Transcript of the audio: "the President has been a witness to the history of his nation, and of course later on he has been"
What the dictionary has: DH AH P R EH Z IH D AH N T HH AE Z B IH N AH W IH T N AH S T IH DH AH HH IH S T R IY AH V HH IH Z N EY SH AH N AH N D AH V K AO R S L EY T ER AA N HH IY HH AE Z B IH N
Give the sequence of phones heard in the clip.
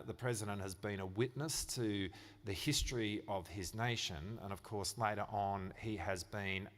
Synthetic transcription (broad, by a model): DH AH P R EH Z IH D AH N T HH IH Z B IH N AH W IH T N AH S T IH DH AH HH IH S T R IY AH V IH Z N EY SH AH N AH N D AH V K AO R S L EY T ER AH N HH IY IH Z B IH N